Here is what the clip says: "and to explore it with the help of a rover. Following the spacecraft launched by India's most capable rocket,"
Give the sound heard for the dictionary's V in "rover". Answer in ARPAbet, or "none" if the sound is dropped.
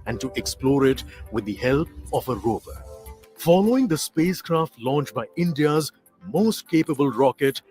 B